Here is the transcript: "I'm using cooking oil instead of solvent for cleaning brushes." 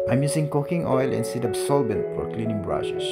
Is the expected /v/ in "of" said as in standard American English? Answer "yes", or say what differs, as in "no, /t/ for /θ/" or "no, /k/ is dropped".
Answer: no, /b/ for /v/